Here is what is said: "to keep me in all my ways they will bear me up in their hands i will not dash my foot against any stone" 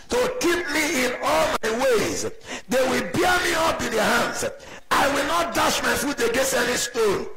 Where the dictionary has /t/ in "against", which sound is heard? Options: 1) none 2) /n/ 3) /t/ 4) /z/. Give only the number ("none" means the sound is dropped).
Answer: 1